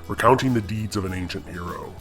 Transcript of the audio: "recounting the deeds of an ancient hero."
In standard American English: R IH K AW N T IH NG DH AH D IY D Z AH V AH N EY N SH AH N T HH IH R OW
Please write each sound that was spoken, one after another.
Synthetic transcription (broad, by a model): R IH K AW N T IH NG DH AH D IY D Z AH V AH N EY N SH AH N T HH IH R OW